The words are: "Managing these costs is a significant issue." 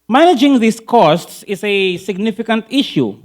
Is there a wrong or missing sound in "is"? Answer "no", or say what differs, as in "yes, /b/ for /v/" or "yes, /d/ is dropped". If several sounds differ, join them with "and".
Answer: yes, /s/ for /z/